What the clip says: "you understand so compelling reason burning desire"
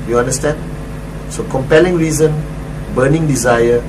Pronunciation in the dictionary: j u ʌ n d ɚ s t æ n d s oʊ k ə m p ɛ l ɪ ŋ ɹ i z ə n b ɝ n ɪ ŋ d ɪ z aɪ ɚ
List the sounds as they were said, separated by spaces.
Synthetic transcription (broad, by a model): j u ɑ n d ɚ s t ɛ n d s oʊ k ə m p ɛ l ɪ ŋ ɹ i z ə n b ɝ n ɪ ŋ d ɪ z aɪ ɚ